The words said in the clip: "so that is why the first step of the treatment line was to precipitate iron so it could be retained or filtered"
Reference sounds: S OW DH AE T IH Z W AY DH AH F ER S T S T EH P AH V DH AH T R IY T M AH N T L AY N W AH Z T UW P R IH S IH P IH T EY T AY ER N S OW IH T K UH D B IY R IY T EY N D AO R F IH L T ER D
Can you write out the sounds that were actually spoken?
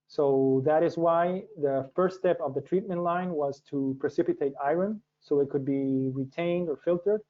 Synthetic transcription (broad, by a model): S OW DH AE T IH Z W AY DH AH F ER S T S T EH P AH V DH AH T R IY T M AH N T L AY N W AH Z T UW P R IH S IH P IH T EY T AY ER N S OW IH T K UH D B IY R IY T EY N D AO R F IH L T ER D